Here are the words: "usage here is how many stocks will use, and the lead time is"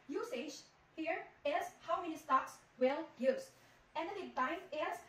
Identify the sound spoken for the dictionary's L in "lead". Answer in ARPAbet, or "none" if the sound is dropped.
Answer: N